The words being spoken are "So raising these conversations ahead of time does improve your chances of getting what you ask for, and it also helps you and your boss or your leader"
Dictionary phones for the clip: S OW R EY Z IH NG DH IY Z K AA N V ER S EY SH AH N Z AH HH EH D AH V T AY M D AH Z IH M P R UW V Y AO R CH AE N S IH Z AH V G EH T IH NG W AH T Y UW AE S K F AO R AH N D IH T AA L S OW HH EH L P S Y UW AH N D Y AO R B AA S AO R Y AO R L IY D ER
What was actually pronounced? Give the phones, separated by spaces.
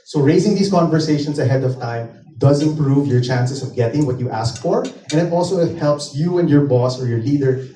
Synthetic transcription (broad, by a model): S OW R EY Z IH NG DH IY S K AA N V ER S EY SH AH N S AH HH EH D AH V T AY M D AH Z IH M P R UW V Y AO R CH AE N S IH S AH V G EH T IH NG W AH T Y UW AE S K F AO R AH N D IH T AA L S OW HH EH L P S Y UW AH N D Y AO R B AA S AO R Y AO R L IY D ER